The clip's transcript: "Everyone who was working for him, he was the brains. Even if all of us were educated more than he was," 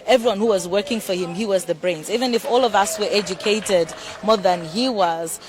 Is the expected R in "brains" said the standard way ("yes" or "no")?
yes